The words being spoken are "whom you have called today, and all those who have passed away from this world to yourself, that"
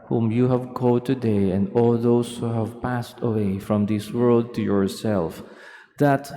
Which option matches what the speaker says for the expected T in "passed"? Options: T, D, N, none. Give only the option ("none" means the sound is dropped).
T